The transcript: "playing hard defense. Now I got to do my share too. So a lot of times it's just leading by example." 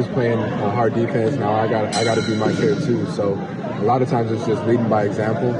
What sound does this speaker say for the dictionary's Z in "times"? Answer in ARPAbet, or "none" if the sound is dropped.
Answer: Z